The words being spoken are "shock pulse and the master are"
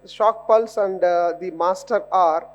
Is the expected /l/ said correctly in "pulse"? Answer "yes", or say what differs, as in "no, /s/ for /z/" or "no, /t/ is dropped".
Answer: yes